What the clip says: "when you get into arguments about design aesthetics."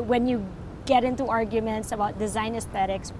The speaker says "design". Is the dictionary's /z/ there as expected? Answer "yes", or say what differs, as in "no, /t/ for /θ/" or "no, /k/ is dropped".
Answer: yes